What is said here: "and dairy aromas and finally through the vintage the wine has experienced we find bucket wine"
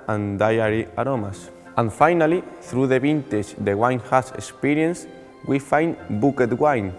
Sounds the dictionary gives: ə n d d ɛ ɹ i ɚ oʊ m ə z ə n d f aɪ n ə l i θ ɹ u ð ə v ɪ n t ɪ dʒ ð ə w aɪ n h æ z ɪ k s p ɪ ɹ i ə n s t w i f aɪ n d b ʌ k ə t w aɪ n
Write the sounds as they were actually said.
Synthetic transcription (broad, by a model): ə n d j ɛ ɹ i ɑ oʊ m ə s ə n f aɪ n ə l i θ ɹ u ð ə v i n t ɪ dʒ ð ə w aɪ n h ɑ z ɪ k s p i ɹ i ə n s w i f aɪ n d b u k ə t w aɪ n